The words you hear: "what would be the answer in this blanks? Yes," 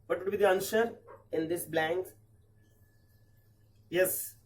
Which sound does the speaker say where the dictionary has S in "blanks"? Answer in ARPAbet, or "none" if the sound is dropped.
none